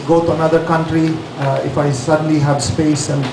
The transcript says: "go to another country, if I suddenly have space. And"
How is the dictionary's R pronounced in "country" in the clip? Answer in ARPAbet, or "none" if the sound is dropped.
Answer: R